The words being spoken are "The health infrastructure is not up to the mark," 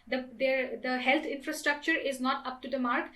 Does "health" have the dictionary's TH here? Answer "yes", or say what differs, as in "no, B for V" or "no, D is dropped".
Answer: no, T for TH